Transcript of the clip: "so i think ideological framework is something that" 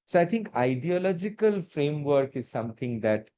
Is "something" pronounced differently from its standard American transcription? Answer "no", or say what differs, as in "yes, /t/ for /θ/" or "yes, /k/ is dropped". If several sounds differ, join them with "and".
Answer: yes, /t/ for /θ/